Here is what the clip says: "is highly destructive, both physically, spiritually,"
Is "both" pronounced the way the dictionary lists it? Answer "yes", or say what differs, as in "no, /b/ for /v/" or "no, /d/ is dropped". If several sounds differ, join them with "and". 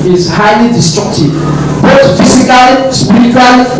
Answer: no, /t/ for /θ/